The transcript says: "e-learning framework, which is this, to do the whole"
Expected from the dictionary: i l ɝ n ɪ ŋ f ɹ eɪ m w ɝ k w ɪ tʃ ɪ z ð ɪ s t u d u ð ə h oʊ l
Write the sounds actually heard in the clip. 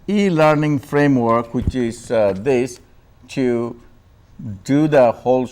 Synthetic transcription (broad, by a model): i l ɝ n ɪ ŋ f ɹ eɪ m w ɝ k w ɪ tʃ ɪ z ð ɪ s t u d u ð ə h oʊ l